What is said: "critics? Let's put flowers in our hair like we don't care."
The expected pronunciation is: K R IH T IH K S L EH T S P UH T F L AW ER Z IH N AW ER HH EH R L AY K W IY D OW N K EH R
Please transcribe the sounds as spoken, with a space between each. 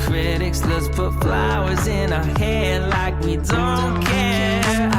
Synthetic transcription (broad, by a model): K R IH T IH K S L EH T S P UH T F L AW ER Z IH N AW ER HH EH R L AY K W IY D OW N K EH